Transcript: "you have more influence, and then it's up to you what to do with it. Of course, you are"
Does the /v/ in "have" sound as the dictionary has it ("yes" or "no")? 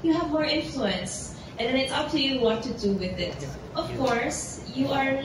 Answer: yes